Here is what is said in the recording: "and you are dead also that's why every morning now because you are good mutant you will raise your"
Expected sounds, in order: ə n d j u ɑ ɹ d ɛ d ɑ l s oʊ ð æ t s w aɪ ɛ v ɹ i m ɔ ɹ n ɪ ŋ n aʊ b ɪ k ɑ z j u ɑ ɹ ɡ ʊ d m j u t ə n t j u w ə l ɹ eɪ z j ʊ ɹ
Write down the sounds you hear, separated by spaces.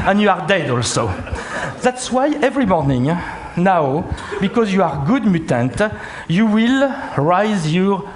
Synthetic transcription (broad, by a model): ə n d j u ɑ ɹ d ɛ d ɑ l s oʊ ð æ t s w aɪ ɛ v ɹ i m ɔ ɹ n ɪ ŋ n aʊ b ɪ k ɑ z j u ɑ ɹ ɡ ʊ d m j u t ə n t j u w ə l ɹ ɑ z j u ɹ